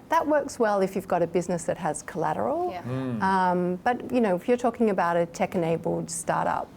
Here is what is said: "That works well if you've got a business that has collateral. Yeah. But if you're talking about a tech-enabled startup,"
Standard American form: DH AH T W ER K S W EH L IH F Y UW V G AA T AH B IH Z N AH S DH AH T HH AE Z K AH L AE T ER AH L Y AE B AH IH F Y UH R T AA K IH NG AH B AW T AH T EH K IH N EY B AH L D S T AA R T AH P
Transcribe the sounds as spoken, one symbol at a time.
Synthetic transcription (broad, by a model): DH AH T W ER K S W EH L IH F Y UW V G AA T AH B IH Z N AH S DH AH T HH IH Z K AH L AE T ER AH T Y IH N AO IH F Y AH R T AA K IH NG AH B AW T AH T EH K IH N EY B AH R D S T AA R T AH P